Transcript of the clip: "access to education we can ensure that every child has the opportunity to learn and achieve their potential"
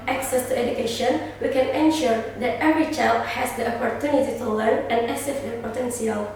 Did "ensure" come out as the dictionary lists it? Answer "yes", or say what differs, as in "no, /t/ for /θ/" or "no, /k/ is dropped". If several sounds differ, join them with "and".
yes